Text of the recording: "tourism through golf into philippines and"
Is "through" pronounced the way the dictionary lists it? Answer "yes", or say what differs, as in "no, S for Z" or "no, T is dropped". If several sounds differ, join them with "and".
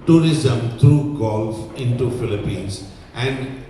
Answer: no, T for TH